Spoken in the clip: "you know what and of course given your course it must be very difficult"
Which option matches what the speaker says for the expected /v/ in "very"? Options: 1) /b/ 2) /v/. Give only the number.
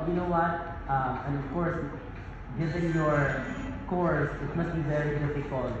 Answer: 2